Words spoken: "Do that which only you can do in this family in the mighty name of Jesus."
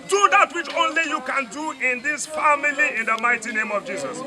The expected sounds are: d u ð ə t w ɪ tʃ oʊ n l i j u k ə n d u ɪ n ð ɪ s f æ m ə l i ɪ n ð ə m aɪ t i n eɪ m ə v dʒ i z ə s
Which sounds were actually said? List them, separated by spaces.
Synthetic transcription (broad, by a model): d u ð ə t w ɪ tʃ oʊ n l i j u k ə n d u ɪ n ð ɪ s f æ m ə l i ɪ n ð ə m aɪ t i n eɪ m ə v dʒ i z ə s